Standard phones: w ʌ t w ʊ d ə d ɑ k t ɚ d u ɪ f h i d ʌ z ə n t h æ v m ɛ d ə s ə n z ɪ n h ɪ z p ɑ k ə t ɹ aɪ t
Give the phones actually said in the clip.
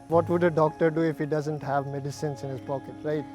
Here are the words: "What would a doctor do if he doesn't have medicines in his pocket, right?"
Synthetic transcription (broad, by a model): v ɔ t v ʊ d ə d ɑ k t ɚ d u ɪ f h i d ʌ z ə n t h æ v m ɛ d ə s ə n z ɪ n h ɪ z p ɑ k ə t ɹ aɪ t